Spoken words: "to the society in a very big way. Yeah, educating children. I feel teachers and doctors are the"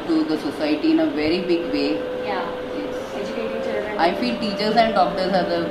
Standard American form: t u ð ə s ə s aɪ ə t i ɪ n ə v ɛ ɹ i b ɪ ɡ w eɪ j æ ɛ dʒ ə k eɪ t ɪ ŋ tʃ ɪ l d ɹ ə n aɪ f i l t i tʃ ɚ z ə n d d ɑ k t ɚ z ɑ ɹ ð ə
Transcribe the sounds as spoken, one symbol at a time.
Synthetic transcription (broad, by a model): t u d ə s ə s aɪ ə t i ɪ n ə v ɛ ɹ i b ɪ ɡ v eɪ j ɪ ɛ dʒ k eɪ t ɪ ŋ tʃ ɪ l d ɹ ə ɪ f i l t i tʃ ɚ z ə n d d ɑ k t ɚ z ɑ ɹ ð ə